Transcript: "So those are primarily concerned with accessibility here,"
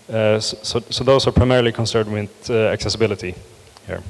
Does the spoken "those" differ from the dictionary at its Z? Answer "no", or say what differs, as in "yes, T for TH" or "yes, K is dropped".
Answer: yes, S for Z